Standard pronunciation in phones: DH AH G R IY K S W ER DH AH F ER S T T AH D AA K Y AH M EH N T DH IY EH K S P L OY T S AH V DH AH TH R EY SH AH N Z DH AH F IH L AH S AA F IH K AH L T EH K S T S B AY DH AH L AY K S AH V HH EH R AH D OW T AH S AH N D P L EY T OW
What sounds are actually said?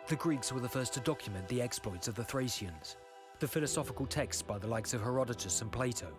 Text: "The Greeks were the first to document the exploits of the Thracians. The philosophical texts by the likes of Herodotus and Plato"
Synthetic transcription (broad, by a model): DH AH G R IY K S W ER DH AH F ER S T T AH D AA K Y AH M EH N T DH IY EH K S P L OY T S AH V DH AH TH R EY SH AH N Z DH AH F IH L AH S AA F IH K AH L T EH K S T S B AY DH AH L AY K S AH V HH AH R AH D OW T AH S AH N P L EY T OW